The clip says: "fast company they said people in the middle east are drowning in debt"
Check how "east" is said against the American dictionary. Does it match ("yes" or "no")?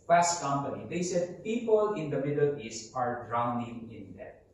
no